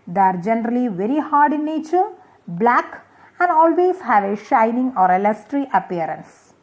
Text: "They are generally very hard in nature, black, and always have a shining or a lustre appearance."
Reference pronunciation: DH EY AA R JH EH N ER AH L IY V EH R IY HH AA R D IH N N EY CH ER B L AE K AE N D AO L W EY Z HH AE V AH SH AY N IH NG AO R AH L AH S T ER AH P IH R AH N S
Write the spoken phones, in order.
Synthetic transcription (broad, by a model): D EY AA R JH EH N ER AH L IY V EH R IY HH AA R D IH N N EY CH ER B L AE K AE N D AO L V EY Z HH AE V AH SH AY N IH NG AO R AH L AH S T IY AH P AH R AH N S